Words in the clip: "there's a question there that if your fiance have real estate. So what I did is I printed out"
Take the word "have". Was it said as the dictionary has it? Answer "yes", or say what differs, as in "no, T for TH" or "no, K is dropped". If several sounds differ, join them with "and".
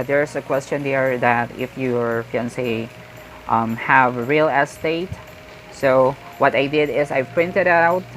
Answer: yes